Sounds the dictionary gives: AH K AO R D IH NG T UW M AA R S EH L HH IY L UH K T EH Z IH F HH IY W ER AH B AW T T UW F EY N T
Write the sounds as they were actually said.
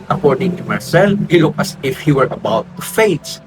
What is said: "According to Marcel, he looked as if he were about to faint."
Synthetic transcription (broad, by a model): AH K AO R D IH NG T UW M AA R S EH L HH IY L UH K AH S IH F HH IY W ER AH B AW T T UW F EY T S